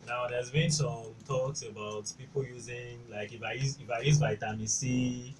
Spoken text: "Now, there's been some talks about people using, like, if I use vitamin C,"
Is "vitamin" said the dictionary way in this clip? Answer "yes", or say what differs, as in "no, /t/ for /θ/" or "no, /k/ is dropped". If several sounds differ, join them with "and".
no, /b/ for /v/